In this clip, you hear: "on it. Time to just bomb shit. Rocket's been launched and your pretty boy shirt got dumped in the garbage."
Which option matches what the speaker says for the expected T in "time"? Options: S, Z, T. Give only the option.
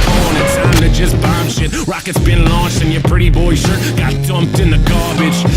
S